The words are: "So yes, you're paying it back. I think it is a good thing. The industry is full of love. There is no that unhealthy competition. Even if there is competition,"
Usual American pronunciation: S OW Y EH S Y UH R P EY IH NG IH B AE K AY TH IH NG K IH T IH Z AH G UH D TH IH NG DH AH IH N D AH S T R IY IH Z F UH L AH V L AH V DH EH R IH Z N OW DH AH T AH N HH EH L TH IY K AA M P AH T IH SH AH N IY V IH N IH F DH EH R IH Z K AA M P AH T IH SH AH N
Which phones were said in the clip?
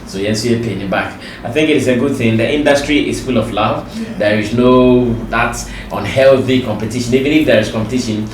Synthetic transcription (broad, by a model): S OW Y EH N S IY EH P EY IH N IH B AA K AY TH IH NG K IH T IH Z AH G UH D TH IH NG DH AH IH N D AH S T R IY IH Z F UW L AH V L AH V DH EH R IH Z N OW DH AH T AH N HH EH L TH IY K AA M P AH T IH SH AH N IY V IH N IH F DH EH R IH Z K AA M P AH T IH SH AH N